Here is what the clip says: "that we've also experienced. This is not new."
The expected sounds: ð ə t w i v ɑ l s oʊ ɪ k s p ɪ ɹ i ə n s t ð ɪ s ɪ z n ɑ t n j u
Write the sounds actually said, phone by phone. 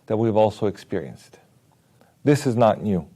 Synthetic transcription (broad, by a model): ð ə t w i v ɑ l s oʊ ɪ k s p ɪ ɹ i ə n s t ð ɪ s ɪ z n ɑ t n j u